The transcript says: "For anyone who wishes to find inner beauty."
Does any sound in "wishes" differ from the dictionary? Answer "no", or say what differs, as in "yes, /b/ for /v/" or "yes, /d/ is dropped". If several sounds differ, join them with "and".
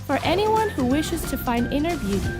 no